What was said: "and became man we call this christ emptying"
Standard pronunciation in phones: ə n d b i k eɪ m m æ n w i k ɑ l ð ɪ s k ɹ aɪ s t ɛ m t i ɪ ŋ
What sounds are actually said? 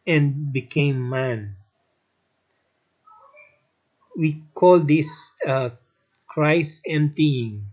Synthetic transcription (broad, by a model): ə n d b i k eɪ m m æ n w i k ɑ l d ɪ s k ɹ aɪ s ɛ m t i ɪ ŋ